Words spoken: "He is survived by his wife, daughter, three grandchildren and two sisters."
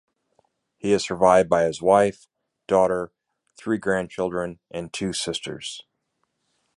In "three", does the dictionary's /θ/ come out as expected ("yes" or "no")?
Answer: yes